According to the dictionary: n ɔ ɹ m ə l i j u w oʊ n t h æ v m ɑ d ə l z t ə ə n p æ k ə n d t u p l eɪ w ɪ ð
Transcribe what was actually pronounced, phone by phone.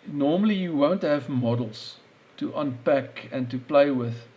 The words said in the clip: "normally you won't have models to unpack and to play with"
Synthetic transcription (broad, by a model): n ɔ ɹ m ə l i j u w oʊ n t h æ v m ɑ d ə l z t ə ə n p æ k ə n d t u p l eɪ w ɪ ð